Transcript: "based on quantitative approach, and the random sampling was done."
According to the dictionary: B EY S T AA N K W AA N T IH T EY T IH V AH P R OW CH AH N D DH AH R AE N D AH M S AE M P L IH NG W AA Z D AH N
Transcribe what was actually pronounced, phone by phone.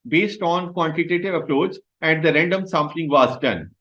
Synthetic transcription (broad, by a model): B EY S T AA N K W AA N T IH T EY T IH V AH P R OW S AH N D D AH R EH N D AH M S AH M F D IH NG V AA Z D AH N